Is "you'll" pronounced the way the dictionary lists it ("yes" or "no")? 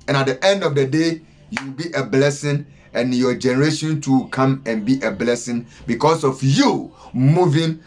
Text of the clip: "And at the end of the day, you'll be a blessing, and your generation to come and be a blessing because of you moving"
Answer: no